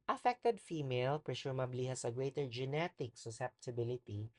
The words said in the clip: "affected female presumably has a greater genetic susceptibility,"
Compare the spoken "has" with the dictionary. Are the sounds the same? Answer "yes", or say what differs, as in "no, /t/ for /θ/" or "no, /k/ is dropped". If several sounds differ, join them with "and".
no, /s/ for /z/